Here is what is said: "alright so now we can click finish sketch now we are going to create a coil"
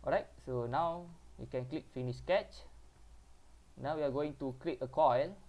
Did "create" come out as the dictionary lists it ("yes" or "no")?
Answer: no